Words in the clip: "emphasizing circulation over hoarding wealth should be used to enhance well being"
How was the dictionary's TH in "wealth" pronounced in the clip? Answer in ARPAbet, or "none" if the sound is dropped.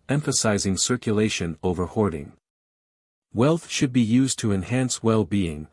TH